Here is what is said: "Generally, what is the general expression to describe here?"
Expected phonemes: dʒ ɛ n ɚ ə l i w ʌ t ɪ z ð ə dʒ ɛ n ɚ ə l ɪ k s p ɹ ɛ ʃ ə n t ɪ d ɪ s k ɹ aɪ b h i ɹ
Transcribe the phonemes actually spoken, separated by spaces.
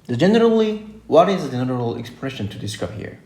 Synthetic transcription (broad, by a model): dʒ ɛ n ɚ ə l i w ʌ t ɪ z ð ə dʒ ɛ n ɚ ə l ɪ k s p ɹ ɛ ʃ ə n t ɪ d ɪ s k aɪ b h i ɹ